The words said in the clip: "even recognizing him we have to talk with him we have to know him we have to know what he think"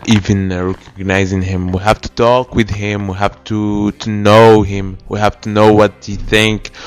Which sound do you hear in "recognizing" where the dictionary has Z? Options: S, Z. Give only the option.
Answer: Z